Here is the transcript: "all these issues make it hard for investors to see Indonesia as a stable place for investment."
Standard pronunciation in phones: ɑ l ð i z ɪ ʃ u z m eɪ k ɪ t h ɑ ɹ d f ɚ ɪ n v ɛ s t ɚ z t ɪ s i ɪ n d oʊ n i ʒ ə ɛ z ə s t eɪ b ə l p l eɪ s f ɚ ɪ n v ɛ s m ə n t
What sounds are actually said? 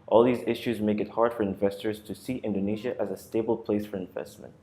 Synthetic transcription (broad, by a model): ɑ l ð i z ɪ ʃ u z m eɪ k ɪ t h ɑ ɹ d f ɚ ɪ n v ɛ s t ɚ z t ɪ s i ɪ n d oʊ n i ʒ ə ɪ z ə s t eɪ b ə l p l eɪ s f ɚ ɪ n v ɛ s m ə n t